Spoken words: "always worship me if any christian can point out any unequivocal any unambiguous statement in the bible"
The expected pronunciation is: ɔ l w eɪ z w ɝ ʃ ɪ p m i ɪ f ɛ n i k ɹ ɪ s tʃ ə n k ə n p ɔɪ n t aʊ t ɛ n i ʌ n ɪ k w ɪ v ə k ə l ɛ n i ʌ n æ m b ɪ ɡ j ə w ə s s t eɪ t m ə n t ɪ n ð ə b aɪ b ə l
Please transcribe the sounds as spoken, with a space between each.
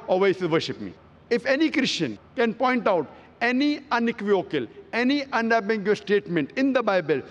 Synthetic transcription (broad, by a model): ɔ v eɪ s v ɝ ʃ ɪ p m i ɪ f ɛ n i k ɹ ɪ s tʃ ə n k ə n p ɔɪ n t aʊ t ɛ n i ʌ n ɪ k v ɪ ə k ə l ɛ n i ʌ n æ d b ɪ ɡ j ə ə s s t eɪ t m ə n t ɪ n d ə b aɪ b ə l